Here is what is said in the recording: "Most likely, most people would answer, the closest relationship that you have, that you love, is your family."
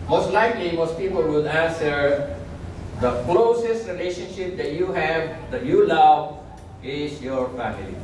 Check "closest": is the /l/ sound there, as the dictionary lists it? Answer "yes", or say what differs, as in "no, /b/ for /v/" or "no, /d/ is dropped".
yes